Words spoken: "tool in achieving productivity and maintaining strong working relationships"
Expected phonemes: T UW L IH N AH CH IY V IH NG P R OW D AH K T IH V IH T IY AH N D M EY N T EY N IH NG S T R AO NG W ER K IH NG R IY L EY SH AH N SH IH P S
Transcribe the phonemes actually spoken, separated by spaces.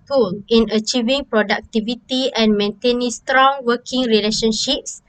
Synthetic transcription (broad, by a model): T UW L IH N AH CH IY V IH NG P R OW D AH K T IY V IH T IY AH N M EY N T EY N IH NG S T R AO NG W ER K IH NG R IY L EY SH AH N SH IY P S